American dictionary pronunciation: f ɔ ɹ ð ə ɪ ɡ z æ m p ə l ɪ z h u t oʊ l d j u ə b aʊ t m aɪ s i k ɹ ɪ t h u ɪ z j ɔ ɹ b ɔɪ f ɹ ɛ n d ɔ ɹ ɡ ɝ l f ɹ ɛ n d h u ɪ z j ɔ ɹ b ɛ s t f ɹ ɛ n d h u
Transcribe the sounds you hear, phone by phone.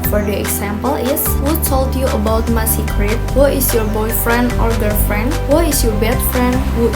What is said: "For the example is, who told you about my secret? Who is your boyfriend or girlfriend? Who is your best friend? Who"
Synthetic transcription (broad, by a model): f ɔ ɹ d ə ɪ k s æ m p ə l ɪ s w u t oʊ l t j u ə b aʊ t m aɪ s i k ɹ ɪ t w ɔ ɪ s j ɔ ɹ b ɔɪ f ɹ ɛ n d ɔ ɹ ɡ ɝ f ɹ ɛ n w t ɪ s j ɔ ɹ b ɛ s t f ɹ ɛ n d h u